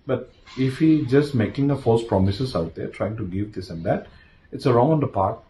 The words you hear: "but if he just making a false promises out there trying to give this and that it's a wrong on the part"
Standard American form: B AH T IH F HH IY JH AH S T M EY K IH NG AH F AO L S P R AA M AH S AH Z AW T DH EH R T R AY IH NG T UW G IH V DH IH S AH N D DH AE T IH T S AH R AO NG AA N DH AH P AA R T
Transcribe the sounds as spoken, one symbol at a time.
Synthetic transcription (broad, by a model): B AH T IH F HH IY JH AH S T M EY K IH NG AH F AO S P R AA M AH S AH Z AW T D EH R T R AY IH NG T UW G IH V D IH S AH N D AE T IH T S AH R AO NG AA N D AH P AA R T